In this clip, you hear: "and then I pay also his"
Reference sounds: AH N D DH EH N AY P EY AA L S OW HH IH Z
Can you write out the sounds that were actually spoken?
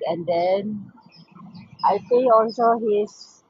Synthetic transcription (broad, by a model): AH N D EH N AY P EY AA L S OW HH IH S